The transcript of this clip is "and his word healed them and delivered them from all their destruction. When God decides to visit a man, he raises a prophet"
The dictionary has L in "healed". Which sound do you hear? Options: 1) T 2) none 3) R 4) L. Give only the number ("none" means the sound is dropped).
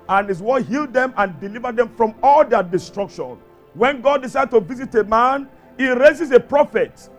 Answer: 4